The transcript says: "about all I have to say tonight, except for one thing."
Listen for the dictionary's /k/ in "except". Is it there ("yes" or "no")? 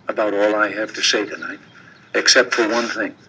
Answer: yes